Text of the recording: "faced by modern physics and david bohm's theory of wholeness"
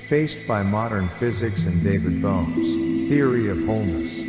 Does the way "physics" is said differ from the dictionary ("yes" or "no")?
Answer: no